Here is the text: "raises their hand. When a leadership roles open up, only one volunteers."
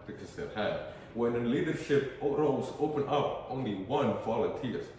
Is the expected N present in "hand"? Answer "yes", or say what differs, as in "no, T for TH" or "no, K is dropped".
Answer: no, N is dropped